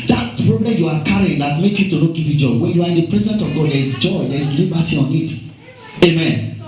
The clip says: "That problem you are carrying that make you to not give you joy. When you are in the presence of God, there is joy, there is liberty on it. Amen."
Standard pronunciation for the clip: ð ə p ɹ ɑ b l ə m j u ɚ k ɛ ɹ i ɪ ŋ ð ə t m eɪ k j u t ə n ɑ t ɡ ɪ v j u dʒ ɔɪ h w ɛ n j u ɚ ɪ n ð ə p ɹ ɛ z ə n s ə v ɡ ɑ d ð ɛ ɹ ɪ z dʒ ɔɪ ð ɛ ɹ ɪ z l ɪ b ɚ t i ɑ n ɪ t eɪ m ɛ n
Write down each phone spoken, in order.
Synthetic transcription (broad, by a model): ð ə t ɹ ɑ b ə j u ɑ k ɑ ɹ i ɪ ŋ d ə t m eɪ k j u t ə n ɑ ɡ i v j u dʒ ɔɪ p w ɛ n j u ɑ ɪ n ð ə p ɹ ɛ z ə n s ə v ɡ ɑ d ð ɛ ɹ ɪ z dʒ ɔɪ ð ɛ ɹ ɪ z l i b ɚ t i ɑ n ɪ t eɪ m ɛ n